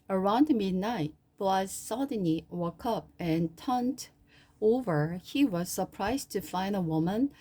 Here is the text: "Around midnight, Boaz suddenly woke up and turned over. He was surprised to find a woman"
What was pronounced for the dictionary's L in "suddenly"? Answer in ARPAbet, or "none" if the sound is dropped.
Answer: none